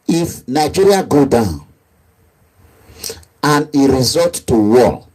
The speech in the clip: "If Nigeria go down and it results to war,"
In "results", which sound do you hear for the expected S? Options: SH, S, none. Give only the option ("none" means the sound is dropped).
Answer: none